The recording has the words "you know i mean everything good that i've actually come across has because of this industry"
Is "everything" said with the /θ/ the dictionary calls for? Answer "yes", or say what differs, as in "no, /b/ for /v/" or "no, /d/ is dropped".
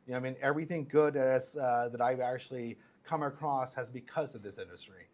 yes